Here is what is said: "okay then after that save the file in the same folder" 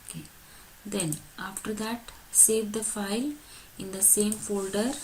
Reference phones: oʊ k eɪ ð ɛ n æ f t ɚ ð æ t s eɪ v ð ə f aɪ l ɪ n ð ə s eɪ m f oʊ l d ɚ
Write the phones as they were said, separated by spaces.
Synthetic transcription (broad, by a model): k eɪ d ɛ n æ f t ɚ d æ t s eɪ v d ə f aɪ l ɪ n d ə s eɪ m f oʊ l d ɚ